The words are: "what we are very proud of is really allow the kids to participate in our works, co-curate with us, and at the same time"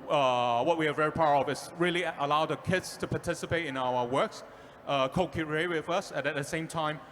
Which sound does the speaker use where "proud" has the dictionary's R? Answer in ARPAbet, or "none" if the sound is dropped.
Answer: none